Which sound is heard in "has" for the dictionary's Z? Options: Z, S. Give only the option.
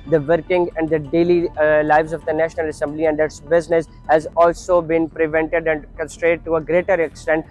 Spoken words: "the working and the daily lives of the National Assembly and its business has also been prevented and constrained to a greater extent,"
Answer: Z